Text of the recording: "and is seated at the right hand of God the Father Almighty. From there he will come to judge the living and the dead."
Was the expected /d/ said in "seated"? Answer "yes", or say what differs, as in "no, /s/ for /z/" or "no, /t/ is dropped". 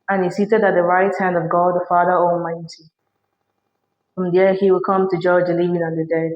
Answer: yes